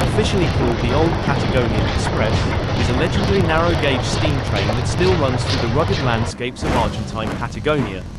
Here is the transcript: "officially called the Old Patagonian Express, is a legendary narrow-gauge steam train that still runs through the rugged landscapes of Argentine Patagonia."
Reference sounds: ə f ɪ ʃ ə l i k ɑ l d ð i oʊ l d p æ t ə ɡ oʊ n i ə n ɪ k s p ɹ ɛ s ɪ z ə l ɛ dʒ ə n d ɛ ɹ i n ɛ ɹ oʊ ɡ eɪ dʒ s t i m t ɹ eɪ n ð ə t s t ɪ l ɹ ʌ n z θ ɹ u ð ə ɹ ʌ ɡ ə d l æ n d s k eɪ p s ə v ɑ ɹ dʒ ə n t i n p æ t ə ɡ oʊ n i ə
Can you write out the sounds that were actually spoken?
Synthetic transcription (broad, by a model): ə f ɪ ʃ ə l i k ɑ l d ð i oʊ l d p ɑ t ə ɡ oʊ n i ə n ɪ k s p ɹ ɛ s ɪ z ə l ɛ dʒ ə d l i n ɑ ɹ oʊ ɡ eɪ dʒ s t i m t ɹ eɪ n ð ə t s t ɪ l ɹ ʌ n z θ ɹ u ð ə ɹ ʌ ɡ ə d l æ n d s k eɪ p s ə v ɑ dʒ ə n t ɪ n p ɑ t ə ɡ oʊ n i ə